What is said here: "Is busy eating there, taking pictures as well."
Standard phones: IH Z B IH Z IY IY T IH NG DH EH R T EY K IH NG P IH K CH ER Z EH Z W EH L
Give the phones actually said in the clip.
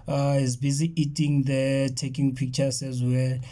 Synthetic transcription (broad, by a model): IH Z B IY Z IY IY T IH NG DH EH T EY K IH NG P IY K CH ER S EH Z W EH L